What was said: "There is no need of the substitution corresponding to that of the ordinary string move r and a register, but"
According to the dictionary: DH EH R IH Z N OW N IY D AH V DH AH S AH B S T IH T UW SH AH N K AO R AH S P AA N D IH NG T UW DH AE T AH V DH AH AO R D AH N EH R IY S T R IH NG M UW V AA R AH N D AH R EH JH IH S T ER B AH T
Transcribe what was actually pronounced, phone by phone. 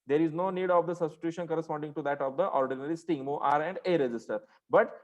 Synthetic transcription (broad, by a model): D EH R IH Z N OW N IY D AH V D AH S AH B S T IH T UW SH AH N K AO R AH S P AA N D IH NG T UW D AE T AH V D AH AO R D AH N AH R IY S T IH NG M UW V AA R AH N D AH R EH JH IH S T ER B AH T